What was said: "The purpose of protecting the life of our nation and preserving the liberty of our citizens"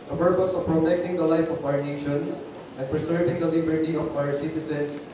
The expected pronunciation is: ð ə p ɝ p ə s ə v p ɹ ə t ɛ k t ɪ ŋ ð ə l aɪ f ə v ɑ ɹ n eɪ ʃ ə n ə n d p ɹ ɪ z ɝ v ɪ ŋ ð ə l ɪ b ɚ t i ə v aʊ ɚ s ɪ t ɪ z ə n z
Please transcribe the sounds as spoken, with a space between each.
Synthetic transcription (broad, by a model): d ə p ɝ p ə s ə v p ɹ ə t ɛ k t ɪ ŋ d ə l aɪ f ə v ɑ ɹ n eɪ ʃ ə n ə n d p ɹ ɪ s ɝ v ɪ ŋ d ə l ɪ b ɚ t i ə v aʊ ɚ s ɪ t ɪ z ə n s